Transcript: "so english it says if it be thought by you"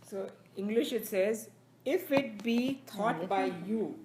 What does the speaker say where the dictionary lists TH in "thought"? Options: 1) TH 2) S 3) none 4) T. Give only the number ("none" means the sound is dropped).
4